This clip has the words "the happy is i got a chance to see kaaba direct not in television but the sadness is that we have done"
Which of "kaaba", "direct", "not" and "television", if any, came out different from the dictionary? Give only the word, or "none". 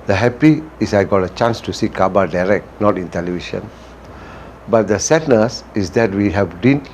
television